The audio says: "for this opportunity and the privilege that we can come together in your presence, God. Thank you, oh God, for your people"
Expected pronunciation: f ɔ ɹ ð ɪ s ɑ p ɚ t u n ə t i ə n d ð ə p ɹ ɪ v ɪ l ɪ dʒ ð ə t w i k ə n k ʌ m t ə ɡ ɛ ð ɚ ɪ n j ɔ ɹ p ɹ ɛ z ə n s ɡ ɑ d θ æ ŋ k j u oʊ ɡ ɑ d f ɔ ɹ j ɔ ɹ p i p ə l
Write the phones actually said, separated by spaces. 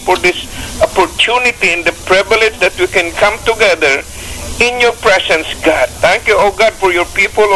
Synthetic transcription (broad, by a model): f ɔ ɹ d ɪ s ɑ p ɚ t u n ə t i ə n d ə p ɹ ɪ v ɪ l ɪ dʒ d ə t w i k ə n k ʌ m t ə ɡ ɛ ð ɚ ɪ n j ɔ ɹ p ɹ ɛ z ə n s ɡ ɑ d t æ ŋ k j u oʊ ɡ ɑ d f ɔ ɹ j ɔ ɹ p i p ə l